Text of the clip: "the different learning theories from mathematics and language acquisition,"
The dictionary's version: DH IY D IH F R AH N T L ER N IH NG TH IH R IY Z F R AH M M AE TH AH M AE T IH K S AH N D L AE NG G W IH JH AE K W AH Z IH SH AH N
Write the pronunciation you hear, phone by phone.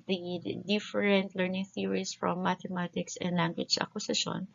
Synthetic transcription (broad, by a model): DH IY D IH F R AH N T L ER N IH NG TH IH R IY S F R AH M M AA T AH M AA T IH K S AH N D L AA NG G W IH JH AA K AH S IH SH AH N